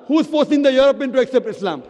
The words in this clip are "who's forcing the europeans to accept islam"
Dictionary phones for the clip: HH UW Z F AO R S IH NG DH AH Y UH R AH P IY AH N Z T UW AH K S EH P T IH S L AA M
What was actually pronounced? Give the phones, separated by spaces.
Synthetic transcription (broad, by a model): HH UW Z F AO R S IH NG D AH Y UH R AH P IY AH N T UW AH K S EH P T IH S L AA M